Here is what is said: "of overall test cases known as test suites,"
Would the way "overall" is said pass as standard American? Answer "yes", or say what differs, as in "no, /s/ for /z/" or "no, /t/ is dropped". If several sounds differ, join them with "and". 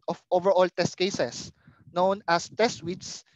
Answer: yes